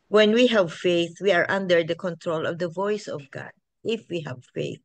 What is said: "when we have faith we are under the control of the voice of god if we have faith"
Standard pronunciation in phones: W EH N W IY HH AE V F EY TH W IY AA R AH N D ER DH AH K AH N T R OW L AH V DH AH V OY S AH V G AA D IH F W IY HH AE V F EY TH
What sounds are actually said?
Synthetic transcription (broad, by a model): W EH N W IY HH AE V F EY TH W IY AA R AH N D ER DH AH K AH N T R OW L AH V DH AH V OY S AH V G AA D IH F W IY HH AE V F EY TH